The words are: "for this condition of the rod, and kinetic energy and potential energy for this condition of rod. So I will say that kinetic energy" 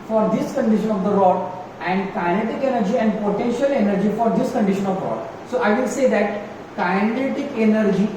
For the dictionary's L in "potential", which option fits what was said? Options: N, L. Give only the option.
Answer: L